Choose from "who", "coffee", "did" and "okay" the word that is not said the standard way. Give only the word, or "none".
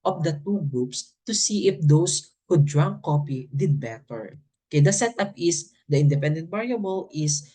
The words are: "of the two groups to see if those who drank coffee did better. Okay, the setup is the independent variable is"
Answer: coffee